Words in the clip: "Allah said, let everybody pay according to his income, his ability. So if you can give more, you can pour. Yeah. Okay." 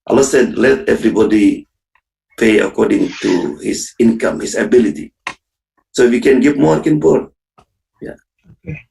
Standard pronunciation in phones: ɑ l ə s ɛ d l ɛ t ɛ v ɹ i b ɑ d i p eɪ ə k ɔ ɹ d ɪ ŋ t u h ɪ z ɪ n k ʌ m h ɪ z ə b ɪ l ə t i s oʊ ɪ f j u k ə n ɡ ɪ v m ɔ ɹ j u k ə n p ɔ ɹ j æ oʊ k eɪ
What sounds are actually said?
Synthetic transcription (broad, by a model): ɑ l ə s ɛ d l ɛ t ɛ v ɹ i b ɑ d i p eɪ ə k ɔ ɹ d ɪ ŋ t u h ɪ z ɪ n k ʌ m h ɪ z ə b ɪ l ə t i s oʊ ɪ f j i k ə n ɡ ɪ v m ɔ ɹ k ə n b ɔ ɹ j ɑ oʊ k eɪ